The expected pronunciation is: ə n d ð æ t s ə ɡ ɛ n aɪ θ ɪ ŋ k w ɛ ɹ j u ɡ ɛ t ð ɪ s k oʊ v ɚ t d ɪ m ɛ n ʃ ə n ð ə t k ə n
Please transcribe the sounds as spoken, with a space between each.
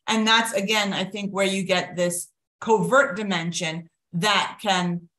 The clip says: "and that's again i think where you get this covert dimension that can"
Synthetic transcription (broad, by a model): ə n ð æ t s ə ɡ ɛ n aɪ θ ɪ ŋ k w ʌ ɹ j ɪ ɡ ɛ t ð ɪ s k oʊ v ɚ t d ɪ m ɛ n ʃ ə n ð ə t k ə n